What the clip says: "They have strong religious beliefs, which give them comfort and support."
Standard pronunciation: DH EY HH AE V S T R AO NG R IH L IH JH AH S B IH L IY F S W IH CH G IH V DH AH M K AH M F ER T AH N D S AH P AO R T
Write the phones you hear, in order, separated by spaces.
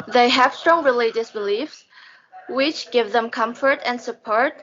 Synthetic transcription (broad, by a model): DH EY HH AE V S T R AO NG R IH L IH JH AH S B IH L IY F S W IH CH G IH V DH AH M K AH M F ER T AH N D S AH P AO R T